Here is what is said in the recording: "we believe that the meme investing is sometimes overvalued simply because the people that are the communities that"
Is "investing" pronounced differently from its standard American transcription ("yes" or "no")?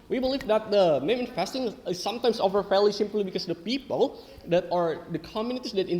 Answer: yes